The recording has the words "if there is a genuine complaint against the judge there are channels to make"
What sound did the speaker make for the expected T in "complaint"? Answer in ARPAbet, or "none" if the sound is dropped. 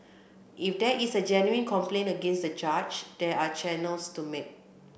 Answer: none